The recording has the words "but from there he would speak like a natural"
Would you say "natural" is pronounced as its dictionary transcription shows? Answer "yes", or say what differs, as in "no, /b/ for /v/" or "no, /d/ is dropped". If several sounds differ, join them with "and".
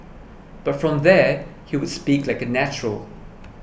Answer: yes